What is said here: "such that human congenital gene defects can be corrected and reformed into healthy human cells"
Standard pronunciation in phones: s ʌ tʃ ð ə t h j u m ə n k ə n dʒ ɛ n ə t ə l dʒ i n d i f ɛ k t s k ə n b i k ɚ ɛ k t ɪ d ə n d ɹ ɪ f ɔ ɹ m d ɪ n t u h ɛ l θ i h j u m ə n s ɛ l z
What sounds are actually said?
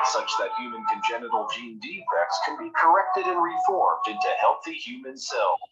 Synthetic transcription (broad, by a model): s ʌ tʃ ð ə t h j u m ə n k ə n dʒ ɛ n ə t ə l dʒ i n d i f ɛ k t s k ə n b i k ɚ ɛ k t ɪ d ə n ɹ ɪ f ɔ ɹ m d ɪ n t u h ɛ l θ i h j u m ə n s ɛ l